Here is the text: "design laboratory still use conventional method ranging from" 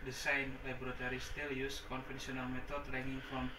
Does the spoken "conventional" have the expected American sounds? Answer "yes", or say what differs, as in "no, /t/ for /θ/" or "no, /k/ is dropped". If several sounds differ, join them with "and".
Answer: no, /s/ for /ʃ/